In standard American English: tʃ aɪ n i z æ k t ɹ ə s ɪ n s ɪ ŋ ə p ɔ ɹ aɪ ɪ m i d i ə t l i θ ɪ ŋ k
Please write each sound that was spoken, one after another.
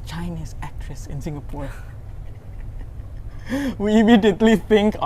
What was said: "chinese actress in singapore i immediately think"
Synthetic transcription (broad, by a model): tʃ aɪ n i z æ k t ɹ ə s ɪ n s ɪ ŋ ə p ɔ w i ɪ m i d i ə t l i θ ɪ ŋ k